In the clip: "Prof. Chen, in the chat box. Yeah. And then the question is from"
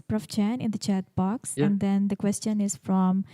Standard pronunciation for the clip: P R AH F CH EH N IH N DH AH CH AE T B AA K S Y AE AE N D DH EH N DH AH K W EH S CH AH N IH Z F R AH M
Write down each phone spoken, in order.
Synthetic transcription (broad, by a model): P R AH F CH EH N IH N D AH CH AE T B AA K S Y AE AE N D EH N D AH K W EH S CH AH N IH Z F R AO M